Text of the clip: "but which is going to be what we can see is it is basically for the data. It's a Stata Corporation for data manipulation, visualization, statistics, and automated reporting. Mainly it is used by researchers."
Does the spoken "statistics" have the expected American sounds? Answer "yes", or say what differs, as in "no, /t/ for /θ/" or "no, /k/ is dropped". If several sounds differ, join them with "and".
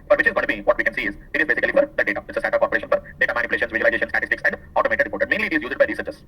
yes